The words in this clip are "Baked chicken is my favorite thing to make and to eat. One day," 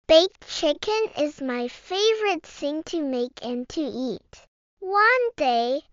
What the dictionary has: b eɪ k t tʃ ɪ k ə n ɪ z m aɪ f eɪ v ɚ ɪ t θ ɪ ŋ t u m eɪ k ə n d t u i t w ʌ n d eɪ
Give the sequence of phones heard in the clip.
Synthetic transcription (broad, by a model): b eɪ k tʃ ɪ k ə n ɪ z m aɪ f eɪ v ɚ ɪ t s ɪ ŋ t u m eɪ k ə n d t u i t w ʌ n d eɪ